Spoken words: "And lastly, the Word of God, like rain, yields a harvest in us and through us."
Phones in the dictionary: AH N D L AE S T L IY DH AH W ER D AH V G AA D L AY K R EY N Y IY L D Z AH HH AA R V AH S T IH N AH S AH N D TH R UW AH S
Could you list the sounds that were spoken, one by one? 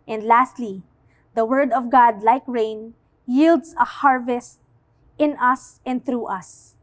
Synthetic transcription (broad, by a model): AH N D L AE S T L IY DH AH W ER D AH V G AA D L AY K R EY N Y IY L D S AH HH AA R V AH S T IH N AH S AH N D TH R UW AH S